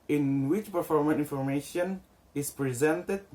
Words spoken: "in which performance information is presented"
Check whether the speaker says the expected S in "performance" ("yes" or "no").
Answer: no